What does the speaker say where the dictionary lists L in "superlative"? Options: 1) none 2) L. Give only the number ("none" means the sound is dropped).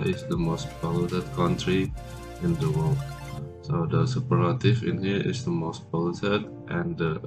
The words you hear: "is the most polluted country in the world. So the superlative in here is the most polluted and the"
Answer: 1